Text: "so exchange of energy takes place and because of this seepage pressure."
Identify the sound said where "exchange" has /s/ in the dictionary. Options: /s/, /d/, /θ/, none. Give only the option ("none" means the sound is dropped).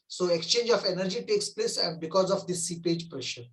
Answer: /s/